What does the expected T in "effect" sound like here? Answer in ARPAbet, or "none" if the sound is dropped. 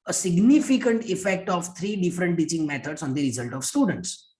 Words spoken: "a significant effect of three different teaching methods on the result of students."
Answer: T